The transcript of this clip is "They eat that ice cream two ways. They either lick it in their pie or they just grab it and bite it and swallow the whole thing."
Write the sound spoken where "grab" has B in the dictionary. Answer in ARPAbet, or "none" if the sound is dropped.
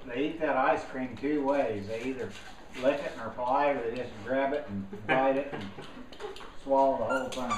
B